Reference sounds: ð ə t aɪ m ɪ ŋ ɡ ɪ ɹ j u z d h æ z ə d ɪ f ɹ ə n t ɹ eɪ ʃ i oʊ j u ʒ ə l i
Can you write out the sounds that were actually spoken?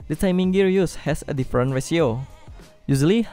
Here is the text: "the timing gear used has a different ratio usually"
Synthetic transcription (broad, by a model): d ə t aɪ m ɪ ŋ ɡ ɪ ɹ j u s h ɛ s ə d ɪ f ɹ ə n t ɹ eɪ s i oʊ j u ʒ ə l i